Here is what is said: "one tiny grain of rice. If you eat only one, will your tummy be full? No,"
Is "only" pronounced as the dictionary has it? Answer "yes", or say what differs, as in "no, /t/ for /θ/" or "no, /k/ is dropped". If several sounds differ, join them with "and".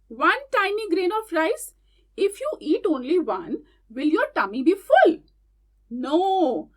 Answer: yes